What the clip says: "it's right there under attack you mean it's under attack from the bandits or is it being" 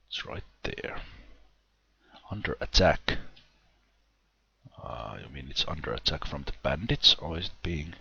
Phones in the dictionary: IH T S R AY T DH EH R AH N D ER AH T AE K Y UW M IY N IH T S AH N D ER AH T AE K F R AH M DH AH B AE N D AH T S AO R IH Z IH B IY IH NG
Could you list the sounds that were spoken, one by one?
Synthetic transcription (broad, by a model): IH T S R AY T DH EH R AH N D ER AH T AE K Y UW M IY N IH T S AH N D ER AH T AE K F R AH M DH AH B AE N D AH T S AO L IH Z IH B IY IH NG